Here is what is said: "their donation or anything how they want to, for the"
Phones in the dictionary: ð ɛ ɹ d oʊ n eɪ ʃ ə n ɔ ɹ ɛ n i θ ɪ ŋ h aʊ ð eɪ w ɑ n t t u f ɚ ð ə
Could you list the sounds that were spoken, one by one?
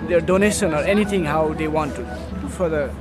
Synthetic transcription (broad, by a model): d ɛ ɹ d oʊ n eɪ ʃ ə n ɔ ɹ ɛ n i t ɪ ŋ h aʊ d eɪ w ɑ n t t u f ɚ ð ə